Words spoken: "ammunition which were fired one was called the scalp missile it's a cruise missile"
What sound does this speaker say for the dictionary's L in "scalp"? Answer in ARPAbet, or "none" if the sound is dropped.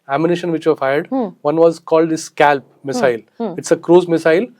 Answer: L